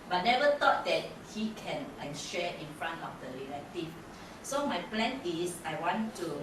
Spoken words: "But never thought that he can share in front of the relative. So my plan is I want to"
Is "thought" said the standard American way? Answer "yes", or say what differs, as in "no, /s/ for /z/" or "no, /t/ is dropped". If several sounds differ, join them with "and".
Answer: no, /t/ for /θ/